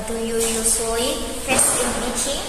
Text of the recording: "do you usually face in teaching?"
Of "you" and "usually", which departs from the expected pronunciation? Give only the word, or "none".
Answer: usually